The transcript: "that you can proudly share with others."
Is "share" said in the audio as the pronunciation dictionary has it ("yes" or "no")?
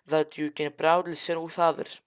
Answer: no